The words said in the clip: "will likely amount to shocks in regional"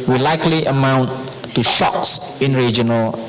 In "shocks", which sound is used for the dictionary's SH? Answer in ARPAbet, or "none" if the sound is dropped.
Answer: SH